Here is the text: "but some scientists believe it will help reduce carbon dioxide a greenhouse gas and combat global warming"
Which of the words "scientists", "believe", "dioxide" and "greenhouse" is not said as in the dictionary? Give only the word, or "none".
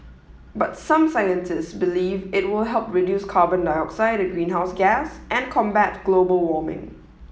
none